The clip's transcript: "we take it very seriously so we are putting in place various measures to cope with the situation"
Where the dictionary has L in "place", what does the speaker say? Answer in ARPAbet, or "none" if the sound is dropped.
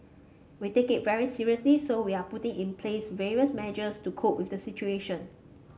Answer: L